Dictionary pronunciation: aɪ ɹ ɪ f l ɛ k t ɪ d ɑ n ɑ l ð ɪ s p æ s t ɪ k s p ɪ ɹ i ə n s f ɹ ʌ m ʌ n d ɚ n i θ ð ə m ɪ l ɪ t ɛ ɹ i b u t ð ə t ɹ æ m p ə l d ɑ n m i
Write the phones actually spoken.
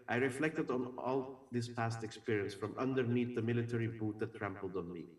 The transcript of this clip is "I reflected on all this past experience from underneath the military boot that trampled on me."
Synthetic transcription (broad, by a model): aɪ ɹ ɪ f l ɛ k t ɪ d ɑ n ɑ l ð ɪ s p æ s t ɪ k s p ɪ ɹ i ə n s f ɹ ʌ m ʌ n d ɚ n i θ ð ə m ɪ l ɪ t ɛ ɹ i b u t ð ə t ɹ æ m p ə l d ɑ n m i